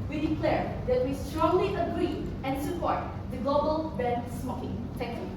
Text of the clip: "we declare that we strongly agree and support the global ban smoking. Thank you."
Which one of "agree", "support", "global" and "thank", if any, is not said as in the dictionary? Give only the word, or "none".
thank